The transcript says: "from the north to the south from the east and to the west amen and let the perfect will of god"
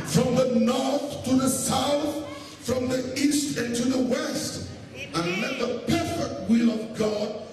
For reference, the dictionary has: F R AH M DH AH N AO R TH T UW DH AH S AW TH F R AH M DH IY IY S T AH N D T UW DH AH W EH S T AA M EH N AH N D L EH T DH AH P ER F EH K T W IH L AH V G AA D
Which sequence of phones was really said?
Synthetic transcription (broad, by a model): F R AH M DH AH N AO R TH T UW DH AH S AW TH F R AH M DH IY IY S T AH N T UW DH AH W EH S T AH N L EH T DH AH P ER F EH K T W IH L AH V G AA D